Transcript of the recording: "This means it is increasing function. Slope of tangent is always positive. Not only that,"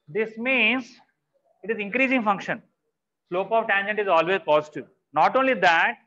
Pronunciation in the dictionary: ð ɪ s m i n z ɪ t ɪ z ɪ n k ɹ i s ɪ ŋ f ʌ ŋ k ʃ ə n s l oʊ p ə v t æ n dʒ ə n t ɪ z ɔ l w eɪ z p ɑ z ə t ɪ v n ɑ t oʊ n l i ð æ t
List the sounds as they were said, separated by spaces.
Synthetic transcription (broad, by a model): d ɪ s m i n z ɪ t ɪ z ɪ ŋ k ɹ i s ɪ ŋ f ʌ ŋ k ʃ ə n s l oʊ p ə v t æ n dʒ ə n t ɪ z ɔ l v eɪ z p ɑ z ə t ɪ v n ɑ t oʊ n l i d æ t